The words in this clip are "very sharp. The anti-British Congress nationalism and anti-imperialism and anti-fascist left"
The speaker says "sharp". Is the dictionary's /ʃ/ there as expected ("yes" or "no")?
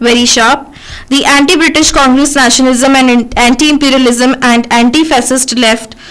yes